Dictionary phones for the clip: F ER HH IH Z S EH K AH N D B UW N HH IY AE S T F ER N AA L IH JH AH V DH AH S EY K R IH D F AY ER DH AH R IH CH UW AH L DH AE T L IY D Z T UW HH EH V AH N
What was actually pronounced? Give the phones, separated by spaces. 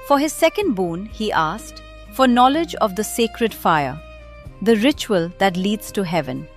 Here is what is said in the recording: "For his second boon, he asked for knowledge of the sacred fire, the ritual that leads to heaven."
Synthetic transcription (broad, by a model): F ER HH IH Z S EH K AH N D B UW N HH IY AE S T F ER N AA L IH JH AH V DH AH S EY K R IH D F AY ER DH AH R IH CH UW AH L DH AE T L IY D Z T UW HH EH V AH N